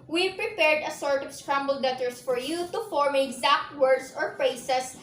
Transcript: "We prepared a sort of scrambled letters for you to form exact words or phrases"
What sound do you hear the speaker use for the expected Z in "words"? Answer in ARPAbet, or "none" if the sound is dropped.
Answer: S